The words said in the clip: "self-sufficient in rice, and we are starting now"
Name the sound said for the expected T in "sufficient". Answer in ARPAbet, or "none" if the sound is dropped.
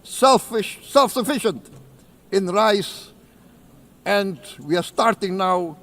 T